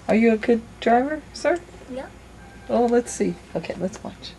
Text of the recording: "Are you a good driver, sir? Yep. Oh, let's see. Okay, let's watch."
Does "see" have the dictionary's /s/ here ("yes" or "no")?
yes